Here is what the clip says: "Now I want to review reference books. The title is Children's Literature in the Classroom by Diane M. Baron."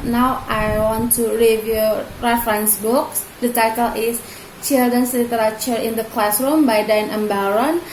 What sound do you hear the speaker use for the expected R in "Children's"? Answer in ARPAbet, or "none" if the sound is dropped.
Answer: none